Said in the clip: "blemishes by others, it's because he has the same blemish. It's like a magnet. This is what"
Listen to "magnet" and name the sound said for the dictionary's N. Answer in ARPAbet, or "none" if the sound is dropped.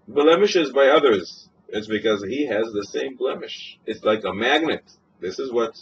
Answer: N